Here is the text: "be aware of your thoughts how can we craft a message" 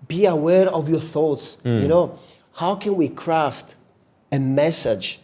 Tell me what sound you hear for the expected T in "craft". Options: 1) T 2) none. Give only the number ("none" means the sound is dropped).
1